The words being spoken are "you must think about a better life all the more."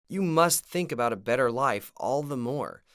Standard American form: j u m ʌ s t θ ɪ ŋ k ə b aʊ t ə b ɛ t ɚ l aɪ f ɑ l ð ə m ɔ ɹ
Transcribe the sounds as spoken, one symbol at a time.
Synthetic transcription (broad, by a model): j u m ʌ s t θ ɪ ŋ k ə b aʊ t ə b ɛ t ɚ l aɪ f ɑ l ð ə m ɔ ɹ